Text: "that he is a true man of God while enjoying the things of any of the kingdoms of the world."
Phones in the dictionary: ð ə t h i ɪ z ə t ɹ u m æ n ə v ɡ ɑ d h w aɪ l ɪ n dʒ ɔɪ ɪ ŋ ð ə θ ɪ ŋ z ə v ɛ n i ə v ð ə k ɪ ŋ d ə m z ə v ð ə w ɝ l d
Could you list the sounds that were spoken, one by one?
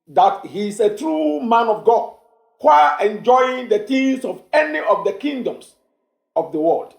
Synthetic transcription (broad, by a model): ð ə t h i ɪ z ə t ɹ u m æ n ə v ɡ ɑ d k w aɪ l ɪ n dʒ ɔɪ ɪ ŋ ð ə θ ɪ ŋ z ə v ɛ n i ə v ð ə k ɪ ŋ d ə m s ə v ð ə w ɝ l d